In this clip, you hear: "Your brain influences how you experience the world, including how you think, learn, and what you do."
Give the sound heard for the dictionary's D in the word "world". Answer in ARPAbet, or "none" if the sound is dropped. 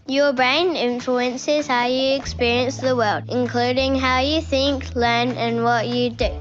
D